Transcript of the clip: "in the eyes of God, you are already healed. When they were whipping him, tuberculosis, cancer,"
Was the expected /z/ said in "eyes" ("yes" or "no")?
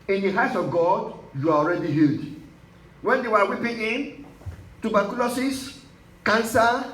no